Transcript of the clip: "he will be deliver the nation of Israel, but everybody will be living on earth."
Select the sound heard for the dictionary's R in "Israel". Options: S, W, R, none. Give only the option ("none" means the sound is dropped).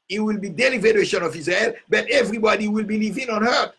none